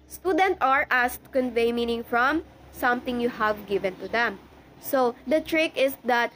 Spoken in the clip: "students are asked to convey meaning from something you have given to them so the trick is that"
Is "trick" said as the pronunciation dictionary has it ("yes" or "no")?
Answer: yes